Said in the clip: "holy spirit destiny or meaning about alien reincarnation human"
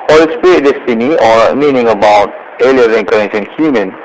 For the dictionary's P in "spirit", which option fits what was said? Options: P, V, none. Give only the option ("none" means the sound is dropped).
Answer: none